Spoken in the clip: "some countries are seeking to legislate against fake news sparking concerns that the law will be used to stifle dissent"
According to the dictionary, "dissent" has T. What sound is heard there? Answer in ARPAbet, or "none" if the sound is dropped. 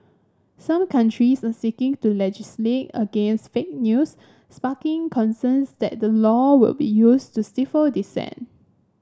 none